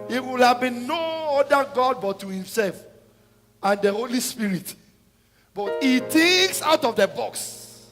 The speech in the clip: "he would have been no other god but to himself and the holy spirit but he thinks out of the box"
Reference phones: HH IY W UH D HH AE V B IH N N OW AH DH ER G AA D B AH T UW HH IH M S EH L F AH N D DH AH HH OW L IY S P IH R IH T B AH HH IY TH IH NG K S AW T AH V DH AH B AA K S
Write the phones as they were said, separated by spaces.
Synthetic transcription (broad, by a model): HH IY W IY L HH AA V B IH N N OW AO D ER G AA D B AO T UW HH IH M S EH L F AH N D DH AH HH OW L IY S P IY R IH T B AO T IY T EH K S AW T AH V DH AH B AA K S